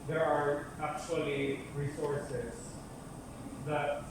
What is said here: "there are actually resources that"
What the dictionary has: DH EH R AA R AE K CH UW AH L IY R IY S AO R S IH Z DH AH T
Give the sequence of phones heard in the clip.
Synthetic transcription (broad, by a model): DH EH R AA R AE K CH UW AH L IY R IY S AO R S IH S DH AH T